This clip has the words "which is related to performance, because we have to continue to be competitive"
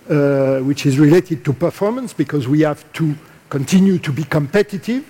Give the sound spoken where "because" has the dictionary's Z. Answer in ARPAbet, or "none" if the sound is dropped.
Z